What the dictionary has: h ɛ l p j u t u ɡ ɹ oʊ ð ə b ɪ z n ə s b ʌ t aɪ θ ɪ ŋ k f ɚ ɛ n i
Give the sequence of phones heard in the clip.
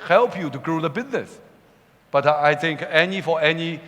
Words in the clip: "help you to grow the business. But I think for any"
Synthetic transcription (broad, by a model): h ɛ l p j u t u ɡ ɹ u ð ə b ɪ z n ə s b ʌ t aɪ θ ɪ ŋ k f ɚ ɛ n i